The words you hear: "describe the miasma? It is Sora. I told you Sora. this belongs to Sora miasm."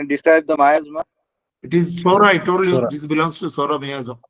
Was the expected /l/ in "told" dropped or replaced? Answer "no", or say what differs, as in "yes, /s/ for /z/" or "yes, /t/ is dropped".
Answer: yes, /l/ is dropped